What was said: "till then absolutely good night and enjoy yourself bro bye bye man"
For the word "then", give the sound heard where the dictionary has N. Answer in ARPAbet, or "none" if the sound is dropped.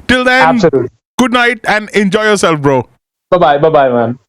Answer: none